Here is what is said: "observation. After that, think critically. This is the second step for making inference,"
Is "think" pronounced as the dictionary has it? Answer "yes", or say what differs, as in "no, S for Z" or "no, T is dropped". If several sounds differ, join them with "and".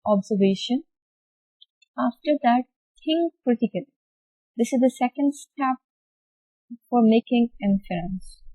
no, T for TH